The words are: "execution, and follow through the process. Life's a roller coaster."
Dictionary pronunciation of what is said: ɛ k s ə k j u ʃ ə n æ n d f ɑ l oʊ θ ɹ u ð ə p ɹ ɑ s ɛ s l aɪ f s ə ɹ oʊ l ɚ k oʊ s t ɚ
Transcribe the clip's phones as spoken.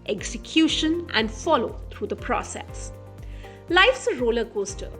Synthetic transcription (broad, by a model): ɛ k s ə k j u ʃ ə n æ n d f ɑ l oʊ t ɹ u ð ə p ɹ ɑ s ɛ s l aɪ f s ə ɹ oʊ l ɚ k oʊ s t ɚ